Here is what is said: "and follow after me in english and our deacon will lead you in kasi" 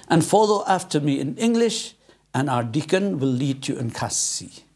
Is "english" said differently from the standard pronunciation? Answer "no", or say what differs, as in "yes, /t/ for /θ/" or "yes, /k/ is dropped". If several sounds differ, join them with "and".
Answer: no